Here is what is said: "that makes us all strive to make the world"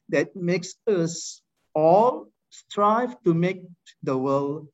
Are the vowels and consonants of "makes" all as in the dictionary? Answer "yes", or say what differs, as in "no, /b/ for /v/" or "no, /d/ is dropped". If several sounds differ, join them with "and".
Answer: yes